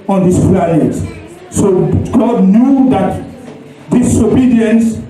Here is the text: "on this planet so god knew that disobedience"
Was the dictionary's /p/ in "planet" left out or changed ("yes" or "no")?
yes